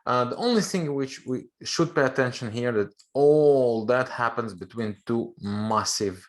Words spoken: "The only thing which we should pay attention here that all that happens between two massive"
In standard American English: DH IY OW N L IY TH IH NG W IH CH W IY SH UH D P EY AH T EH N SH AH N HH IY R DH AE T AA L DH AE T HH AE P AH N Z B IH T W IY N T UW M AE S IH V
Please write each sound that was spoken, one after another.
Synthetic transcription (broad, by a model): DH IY OW N L IY TH IH NG W IH CH W IY SH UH D P EY AH T EH N SH AH N HH IY R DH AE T AA L DH AE T HH AE P AH N Z B IH T W IY N T UW M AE S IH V